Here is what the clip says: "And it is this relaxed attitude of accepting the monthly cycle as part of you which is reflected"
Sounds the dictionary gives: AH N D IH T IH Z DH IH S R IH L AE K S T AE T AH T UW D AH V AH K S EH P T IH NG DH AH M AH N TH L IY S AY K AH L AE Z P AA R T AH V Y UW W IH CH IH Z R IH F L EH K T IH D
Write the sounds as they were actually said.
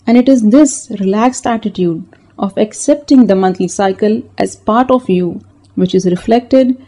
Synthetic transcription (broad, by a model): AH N D IH T IH Z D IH S R IH L AE K S T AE T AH T UW D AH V AH K S EH P T IH NG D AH M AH N T L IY S AY K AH L AE Z P AA R T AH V Y UW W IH CH IH Z R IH F L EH K T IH D